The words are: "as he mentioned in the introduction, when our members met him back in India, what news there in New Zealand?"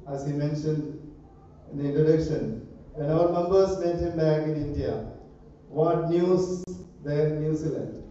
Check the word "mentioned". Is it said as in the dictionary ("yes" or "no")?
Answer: yes